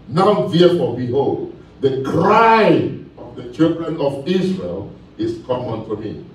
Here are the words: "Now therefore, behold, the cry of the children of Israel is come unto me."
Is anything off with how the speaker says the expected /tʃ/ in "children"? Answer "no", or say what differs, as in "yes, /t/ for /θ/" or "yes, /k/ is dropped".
no